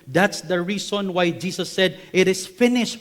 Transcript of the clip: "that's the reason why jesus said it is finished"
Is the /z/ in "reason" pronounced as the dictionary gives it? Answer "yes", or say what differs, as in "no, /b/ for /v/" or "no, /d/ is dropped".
no, /s/ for /z/